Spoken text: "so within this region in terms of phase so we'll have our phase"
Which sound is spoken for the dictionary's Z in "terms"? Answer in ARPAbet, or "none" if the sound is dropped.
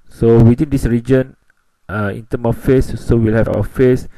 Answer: none